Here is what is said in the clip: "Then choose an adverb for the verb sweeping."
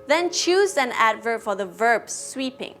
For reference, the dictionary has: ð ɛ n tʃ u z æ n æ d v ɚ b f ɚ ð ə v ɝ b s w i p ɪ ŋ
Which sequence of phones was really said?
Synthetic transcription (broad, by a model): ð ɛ n tʃ u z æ n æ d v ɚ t f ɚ ð ə v ɝ b s w i p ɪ ŋ